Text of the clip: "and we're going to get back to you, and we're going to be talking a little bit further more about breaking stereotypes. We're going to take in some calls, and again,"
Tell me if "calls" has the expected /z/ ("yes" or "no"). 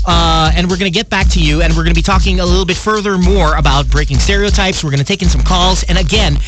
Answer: yes